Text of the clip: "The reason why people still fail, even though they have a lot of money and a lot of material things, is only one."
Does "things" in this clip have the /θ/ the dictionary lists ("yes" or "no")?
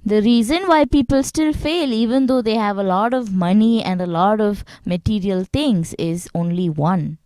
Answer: no